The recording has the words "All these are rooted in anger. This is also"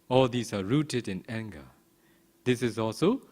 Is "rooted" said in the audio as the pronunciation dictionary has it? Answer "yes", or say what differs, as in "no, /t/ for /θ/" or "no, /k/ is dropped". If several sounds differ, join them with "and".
yes